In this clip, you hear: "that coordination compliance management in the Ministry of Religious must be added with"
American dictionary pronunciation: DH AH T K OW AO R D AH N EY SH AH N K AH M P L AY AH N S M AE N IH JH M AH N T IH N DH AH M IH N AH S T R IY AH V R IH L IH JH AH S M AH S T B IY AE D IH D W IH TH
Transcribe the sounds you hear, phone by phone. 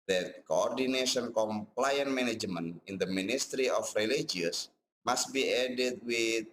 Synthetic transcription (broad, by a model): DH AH T K OW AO R D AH N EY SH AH N K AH M P L AY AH N M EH N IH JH M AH N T IH N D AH M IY N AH S T R IY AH F R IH L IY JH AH S M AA S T B IY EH D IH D W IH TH